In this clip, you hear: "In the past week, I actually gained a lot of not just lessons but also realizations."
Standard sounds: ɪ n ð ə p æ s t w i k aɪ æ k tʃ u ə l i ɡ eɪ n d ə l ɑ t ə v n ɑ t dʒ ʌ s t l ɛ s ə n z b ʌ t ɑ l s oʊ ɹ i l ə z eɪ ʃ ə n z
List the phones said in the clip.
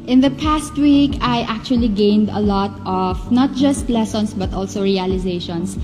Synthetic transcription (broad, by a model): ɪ n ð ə p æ s t w i k aɪ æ k tʃ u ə l i ɡ eɪ n d ə l ɑ t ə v n ɑ t dʒ ʌ s t l ɛ s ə n s b ʌ t ɑ l s oʊ ɹ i l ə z eɪ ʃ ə n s